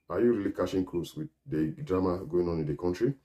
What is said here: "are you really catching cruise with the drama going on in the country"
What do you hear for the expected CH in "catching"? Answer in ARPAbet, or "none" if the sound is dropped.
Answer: SH